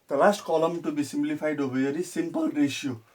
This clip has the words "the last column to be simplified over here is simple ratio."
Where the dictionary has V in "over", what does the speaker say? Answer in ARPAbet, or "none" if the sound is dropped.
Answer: B